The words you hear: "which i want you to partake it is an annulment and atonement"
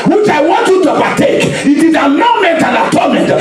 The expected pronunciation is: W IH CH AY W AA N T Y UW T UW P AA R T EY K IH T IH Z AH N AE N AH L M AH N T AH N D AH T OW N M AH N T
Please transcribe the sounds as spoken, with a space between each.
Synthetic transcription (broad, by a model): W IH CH AY W AA N T Y UW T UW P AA T EY K IH T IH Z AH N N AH M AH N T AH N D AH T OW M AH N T